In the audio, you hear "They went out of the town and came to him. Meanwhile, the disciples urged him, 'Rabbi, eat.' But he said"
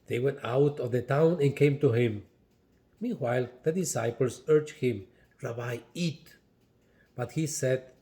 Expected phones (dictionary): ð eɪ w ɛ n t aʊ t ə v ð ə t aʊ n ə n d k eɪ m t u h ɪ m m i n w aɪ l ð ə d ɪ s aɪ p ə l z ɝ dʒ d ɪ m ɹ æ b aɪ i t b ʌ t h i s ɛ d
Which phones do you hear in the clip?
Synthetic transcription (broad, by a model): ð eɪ w ɛ n t aʊ t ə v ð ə t aʊ n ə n k eɪ m t u h ɪ m m i n w aɪ l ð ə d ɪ s aɪ p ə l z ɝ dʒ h ɪ m ɹ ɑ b aɪ i t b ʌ t h i s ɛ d